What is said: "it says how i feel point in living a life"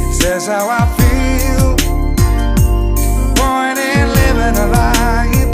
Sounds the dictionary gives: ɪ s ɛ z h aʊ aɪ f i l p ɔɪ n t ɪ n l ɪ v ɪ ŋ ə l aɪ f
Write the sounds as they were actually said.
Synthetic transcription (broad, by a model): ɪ s ɛ z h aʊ aɪ f i l b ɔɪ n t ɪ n l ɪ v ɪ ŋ ə l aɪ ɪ